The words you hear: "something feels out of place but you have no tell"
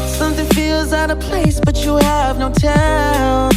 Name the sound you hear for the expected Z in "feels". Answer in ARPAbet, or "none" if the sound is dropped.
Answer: Z